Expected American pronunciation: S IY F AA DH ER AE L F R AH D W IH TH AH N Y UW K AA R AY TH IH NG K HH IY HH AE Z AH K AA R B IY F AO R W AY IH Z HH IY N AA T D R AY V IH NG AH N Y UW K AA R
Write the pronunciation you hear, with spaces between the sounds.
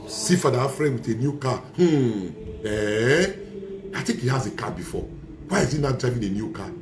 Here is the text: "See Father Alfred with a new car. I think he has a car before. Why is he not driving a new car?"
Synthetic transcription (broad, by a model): S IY F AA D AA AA F R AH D W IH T AH N Y UW K AA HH AY T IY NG K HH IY HH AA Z AH K AA B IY F AO W AY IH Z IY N AA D R AY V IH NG AH N Y UW K AA